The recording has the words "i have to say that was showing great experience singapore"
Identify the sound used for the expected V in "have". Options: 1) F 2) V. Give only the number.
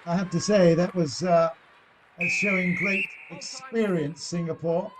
1